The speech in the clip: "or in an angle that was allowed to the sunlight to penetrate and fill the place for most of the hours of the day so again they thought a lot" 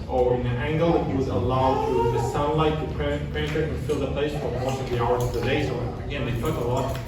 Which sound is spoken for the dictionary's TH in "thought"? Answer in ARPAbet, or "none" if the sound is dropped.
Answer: T